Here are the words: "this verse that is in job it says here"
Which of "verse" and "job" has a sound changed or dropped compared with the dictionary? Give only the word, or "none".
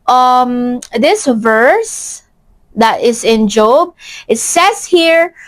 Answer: none